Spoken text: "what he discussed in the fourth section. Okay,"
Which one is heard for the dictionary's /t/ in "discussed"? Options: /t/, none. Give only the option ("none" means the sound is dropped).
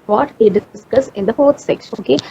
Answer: none